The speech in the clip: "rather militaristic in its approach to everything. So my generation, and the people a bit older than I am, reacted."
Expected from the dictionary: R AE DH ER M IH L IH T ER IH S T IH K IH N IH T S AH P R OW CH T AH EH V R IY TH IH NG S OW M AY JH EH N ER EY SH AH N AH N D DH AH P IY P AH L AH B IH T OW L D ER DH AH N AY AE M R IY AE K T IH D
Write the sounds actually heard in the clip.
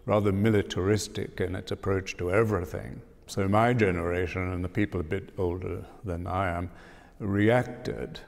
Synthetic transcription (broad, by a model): R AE DH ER M IH L IH T ER IH S T IH K IH N IH T S AH P R OW CH T AH EH V R IY TH IH NG S OW M AY JH EH N ER EY SH AH N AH N DH AH P IY P L AH B IH T OW L D ER DH AH N AY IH M R IY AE K T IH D